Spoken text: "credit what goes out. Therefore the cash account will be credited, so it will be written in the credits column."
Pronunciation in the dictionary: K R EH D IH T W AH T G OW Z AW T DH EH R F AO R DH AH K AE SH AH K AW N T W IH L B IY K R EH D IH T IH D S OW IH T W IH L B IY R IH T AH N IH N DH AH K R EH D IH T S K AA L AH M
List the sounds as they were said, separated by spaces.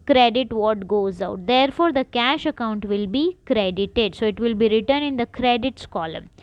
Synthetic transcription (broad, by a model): K R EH D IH T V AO T G OW Z AW T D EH R F AO R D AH K AE SH AH K AW N T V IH L B IY K R EH D IH T IH D S OW IH T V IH L B IY R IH T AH N IH N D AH K R EH D IH T S K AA L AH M